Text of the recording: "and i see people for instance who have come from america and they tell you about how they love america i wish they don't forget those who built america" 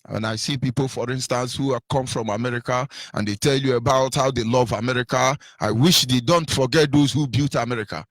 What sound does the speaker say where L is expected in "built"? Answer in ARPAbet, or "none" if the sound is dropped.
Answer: none